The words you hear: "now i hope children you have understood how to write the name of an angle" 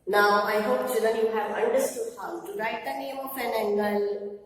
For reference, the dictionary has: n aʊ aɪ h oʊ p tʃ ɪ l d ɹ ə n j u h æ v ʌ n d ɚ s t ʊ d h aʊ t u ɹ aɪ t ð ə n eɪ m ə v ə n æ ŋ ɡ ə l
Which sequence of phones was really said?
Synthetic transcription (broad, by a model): n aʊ aɪ h oʊ p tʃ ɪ d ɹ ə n j u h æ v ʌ n d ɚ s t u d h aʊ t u ɹ aɪ t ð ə n eɪ m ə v ə n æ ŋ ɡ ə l